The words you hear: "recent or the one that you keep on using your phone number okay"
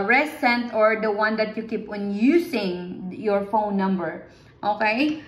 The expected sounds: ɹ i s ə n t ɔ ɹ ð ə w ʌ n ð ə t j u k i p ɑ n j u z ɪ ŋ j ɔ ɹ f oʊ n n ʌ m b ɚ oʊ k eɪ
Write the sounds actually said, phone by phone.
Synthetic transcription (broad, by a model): ɹ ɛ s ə n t ɔ ɹ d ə w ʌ n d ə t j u k i p ɑ n j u s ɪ ŋ j ɔ ɹ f oʊ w n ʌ m b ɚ oʊ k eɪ